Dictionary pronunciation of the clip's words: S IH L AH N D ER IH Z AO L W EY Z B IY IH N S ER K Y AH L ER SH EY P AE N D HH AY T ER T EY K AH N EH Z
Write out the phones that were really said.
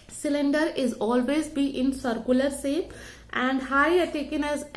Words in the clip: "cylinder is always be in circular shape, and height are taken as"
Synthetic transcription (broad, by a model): S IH L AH N D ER IH Z AO L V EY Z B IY IH N S ER K Y AH L ER S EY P AE N D HH AY ER T EY K AH N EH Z